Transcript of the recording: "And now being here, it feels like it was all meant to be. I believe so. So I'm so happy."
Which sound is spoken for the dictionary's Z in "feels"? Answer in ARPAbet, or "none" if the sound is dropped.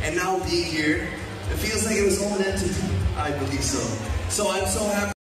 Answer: Z